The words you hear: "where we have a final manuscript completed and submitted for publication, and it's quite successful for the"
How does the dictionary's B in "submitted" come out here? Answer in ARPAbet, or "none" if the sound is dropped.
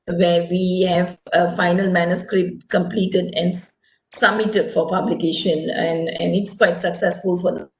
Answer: none